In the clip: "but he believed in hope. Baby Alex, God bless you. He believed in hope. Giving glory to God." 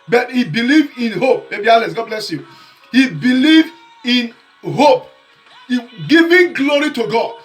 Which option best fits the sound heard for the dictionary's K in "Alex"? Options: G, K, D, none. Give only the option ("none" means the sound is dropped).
none